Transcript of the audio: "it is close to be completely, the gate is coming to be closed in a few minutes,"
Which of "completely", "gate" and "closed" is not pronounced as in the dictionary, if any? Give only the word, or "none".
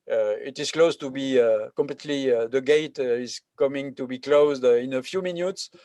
none